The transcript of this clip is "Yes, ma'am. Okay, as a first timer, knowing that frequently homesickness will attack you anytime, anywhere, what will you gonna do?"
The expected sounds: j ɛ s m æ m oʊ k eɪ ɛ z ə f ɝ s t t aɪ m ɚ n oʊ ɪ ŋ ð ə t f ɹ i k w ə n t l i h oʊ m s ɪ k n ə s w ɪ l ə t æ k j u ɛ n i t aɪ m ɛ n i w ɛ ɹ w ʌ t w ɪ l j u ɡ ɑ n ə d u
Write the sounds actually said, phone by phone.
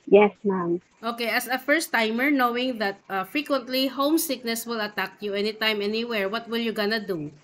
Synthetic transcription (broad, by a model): j ɛ s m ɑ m oʊ k eɪ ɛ s ə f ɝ s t t aɪ m ɚ n oʊ ɪ ŋ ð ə t f ɹ i k w ə n t l i h oʊ m s ɪ k n ə s w ɪ l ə t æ k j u ɛ n i t aɪ m ɛ n i w ɛ ɹ w ʌ t w ɪ l j u ɡ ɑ n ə d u